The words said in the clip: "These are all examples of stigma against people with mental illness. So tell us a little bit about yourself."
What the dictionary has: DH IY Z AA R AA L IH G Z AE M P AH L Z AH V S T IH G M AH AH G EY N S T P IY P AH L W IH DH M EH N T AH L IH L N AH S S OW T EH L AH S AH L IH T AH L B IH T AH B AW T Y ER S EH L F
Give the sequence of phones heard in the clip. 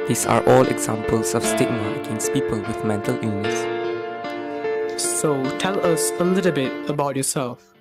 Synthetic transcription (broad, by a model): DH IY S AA R AA L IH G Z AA M P AH L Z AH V S T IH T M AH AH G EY N S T P IY P AH L W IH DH M EH N T AH L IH N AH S S OW T EH L AH S AH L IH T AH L B IH T AH B AW T Y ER S EH L F